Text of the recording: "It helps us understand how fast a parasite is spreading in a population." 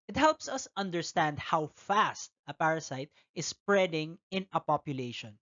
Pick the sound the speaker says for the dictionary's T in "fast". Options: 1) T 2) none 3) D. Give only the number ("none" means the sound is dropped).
1